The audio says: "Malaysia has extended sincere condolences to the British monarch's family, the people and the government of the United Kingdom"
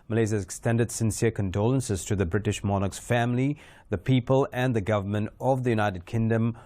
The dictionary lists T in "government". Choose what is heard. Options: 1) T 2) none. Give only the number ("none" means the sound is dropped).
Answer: 1